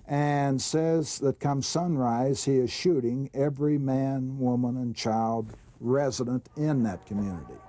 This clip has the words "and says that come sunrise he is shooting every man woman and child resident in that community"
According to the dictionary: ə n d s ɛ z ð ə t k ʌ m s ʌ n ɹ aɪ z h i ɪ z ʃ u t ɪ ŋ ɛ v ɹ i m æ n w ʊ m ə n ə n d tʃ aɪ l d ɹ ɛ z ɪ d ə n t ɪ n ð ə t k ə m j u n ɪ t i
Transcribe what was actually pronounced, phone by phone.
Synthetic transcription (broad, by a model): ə n s ɛ z ð ə t k ʌ m s ʌ n ɹ aɪ z h i ɪ z ʃ u t ɪ ŋ ɛ v ɹ i m æ n w ʊ m ə n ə n tʃ aɪ l d ɹ ɛ z ɪ d ə n t ɪ n ð ə t k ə m j u n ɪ t i